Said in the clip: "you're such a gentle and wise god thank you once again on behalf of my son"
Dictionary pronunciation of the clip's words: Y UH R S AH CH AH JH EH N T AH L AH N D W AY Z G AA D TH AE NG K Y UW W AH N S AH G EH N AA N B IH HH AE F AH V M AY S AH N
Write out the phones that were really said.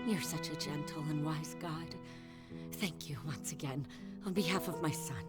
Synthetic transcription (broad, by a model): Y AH R S AH CH AH JH EH N T L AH N W AY Z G AA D TH AE NG K Y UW W AH N S AH G EH N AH N B IH HH AE F AH V M AY S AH N